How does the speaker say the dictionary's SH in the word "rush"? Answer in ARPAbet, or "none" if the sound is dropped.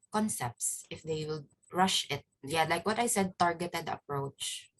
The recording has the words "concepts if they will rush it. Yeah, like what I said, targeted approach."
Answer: SH